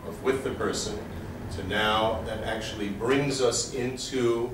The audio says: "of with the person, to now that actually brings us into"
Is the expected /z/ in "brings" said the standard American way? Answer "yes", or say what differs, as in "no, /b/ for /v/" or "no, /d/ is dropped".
yes